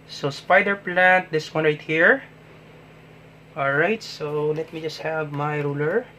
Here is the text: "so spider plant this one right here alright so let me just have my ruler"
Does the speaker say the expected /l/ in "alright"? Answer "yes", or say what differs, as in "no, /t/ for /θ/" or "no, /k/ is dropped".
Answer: yes